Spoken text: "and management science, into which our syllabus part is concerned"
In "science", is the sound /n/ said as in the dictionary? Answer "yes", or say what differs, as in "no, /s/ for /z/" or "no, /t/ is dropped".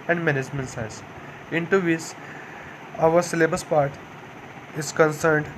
no, /n/ is dropped